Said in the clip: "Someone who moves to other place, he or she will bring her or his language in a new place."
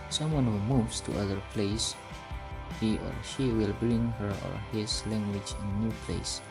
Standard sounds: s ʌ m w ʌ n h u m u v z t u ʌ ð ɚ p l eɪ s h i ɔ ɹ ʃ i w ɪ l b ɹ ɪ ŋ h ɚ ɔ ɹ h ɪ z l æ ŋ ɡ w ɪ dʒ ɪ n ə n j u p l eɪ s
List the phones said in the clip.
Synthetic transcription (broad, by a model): s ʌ m w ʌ n h u m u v s t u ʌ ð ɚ p l eɪ s h i ɔ ɹ ʃ i w ɪ l b ɹ ɪ ŋ h ɚ ɔ ɹ h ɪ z l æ ŋ ɡ w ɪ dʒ ɪ n ə n j u p l eɪ s